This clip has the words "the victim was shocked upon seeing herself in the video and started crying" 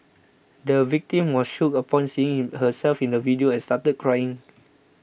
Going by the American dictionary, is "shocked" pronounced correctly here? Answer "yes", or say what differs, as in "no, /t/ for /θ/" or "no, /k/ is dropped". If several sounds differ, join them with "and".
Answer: no, /t/ is dropped